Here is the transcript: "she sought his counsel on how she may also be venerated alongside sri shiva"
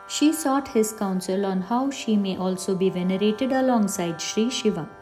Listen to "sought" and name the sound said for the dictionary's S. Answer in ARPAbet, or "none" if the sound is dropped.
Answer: S